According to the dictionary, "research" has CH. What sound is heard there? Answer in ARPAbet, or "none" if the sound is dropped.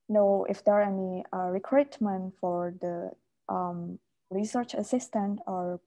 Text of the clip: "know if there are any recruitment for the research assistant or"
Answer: CH